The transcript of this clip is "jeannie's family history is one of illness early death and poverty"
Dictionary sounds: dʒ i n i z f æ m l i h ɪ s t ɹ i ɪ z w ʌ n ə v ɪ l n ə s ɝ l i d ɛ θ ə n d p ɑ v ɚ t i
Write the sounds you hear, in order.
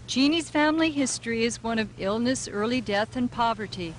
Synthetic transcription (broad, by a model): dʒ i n i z f æ m l i h ɪ s t ɹ i ɪ z w ʌ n ə v ɪ l n ə s ɝ l i d ɛ θ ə n p ɑ v ɚ t i